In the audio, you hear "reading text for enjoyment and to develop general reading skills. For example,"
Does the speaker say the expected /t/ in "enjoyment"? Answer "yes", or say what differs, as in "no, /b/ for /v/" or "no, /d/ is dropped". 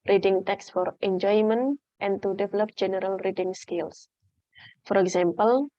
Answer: yes